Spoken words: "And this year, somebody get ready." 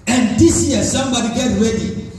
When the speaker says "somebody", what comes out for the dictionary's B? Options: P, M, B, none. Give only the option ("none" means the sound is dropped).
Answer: B